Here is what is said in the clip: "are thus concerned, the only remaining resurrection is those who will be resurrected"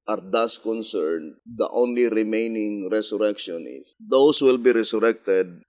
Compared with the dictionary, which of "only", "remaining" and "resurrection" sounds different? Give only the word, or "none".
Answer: resurrection